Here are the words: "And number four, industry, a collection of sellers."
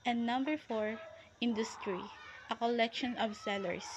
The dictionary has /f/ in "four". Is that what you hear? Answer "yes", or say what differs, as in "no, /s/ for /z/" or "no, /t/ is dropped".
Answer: yes